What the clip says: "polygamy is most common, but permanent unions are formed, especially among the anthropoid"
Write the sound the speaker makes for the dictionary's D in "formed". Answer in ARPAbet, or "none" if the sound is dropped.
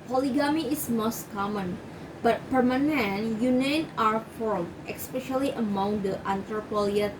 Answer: none